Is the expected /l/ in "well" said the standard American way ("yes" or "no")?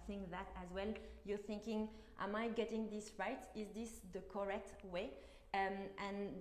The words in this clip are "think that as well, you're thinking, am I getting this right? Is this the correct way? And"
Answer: yes